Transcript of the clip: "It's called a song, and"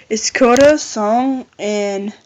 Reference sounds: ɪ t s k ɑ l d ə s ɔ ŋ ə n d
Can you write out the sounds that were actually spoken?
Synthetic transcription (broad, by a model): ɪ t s k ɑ d ə s ɔ ŋ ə n